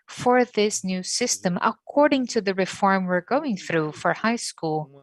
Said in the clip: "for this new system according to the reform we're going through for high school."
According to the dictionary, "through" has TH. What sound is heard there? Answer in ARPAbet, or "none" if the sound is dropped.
TH